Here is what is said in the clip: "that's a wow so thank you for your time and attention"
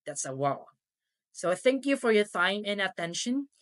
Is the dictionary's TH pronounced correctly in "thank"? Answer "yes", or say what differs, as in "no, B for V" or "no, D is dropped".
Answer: yes